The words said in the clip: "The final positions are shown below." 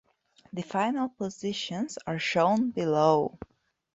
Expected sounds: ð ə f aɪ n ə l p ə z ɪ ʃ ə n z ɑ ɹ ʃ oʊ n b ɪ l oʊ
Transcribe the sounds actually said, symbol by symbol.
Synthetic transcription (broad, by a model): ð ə f aɪ n ə l p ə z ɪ ʃ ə n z ɑ ɹ ʃ oʊ n b ɪ l oʊ